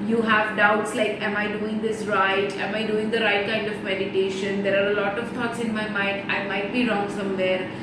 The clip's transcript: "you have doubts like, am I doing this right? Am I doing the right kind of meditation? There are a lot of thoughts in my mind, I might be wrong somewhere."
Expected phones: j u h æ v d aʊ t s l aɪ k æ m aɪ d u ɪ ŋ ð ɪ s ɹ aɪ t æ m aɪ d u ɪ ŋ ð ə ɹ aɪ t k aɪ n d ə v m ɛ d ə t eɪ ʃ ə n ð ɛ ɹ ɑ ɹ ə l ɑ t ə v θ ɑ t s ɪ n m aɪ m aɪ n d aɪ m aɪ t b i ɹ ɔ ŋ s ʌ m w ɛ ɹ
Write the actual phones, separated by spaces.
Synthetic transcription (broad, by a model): j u h æ v d aʊ t s l aɪ k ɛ m aɪ d u ɪ ŋ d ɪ s ɹ aɪ t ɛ m aɪ d u ɪ ŋ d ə ɹ aɪ t k aɪ n d ə v m ɛ d ə t eɪ ʃ ə n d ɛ ɹ ɑ ɹ ə l ɑ t ə v t ɑ t s ɪ n m aɪ m aɪ n d aɪ m aɪ t b i ɹ ɔ ŋ s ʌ m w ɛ ɹ